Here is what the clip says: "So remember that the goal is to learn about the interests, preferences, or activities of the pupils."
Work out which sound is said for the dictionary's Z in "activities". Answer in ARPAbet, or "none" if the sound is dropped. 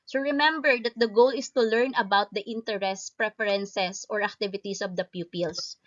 S